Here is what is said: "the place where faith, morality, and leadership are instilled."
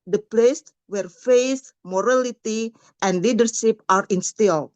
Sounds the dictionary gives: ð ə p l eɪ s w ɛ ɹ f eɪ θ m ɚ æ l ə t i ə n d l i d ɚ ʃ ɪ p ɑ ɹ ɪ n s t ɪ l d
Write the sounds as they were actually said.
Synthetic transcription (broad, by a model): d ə p l eɪ s w ɛ ɹ f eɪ s m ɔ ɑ l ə t i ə n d l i d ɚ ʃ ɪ p ɑ ɹ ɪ n s t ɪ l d